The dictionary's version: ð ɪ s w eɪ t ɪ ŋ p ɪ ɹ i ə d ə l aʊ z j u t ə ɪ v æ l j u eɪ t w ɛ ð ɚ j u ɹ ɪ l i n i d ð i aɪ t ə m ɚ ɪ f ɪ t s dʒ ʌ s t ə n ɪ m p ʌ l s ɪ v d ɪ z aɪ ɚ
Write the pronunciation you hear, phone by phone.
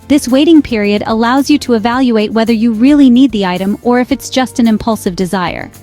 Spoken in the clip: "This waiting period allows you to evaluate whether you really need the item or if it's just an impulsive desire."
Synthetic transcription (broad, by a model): ð ɪ s w eɪ t ɪ ŋ p ɪ ɹ i ə d ə l aʊ z j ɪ t ə ɪ v æ l j u eɪ t w ɛ ð ɚ j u ɹ ɪ l i n i d ð i aɪ t ə m ɚ ɪ f ɪ t s dʒ ʌ s t ə n ɪ m p ʌ l s ɪ v d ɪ z aɪ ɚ